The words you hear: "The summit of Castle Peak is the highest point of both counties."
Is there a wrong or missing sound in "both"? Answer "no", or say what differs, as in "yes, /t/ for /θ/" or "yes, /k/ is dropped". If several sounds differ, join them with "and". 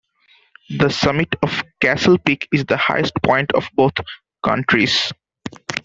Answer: yes, /t/ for /θ/